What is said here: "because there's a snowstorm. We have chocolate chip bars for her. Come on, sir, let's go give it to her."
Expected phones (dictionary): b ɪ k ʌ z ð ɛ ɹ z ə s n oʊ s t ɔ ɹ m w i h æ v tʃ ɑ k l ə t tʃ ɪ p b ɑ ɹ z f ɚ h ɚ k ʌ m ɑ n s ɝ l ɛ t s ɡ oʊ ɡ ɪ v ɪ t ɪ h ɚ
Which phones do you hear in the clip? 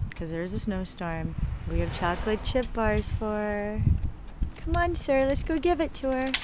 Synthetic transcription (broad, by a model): k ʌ z ð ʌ ɹ z ə s n oʊ s t ɔ ɹ m w i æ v tʃ ɑ k l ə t tʃ ɪ p b ɑ ɹ z f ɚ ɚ k ʌ m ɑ n s ɝ l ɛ t s ɡ oʊ ɡ ɪ v ɪ t ɪ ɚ